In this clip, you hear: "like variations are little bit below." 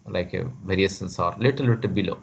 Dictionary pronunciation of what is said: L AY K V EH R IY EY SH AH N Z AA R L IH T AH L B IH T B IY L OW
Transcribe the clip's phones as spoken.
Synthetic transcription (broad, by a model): L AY K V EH R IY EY S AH N S AA R L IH T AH L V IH T B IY L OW